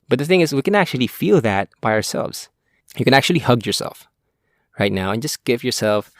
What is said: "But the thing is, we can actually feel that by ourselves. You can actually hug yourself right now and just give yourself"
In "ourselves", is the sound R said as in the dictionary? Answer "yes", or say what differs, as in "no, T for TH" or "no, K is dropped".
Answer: yes